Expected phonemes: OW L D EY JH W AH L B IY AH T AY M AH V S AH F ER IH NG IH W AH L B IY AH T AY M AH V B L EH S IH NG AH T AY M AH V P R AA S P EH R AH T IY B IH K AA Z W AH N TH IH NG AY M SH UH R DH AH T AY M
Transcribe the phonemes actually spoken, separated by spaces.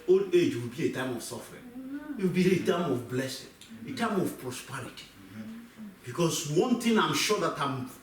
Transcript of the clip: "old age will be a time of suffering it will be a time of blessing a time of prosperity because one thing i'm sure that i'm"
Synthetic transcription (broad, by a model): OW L EY JH W AH L B IY AH T AY M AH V S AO F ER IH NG IH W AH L B IY AH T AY M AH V B L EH S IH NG AH T AY M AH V P R AA S P EH R AH T IY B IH K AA S W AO N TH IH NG AY M SH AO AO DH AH T AY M